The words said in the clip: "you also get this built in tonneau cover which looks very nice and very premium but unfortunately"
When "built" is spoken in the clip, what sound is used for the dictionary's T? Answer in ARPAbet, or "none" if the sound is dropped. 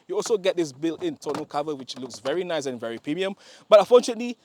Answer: none